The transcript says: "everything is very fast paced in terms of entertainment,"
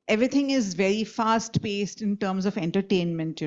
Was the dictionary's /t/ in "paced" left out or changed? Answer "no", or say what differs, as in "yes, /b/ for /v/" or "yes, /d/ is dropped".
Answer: no